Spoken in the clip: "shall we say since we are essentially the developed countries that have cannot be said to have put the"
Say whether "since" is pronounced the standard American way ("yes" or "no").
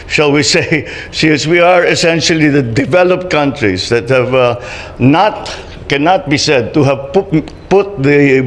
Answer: no